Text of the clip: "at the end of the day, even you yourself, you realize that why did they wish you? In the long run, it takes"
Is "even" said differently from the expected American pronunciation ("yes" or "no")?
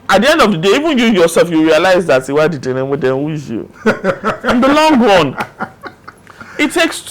no